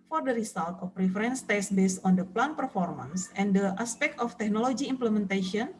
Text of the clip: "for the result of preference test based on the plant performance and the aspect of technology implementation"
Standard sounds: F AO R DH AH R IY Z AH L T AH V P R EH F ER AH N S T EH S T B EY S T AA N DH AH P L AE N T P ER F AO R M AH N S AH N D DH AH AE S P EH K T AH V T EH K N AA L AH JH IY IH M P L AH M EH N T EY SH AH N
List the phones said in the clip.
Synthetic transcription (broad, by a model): F AO R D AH R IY S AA L T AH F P R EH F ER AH N S T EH S B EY S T AA N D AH P L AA N P ER F AO R M AH N S AH N D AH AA S P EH K T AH F T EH K N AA L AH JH IY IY M P L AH M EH N T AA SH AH N